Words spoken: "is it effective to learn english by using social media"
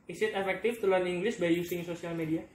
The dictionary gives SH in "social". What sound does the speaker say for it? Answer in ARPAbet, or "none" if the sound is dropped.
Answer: S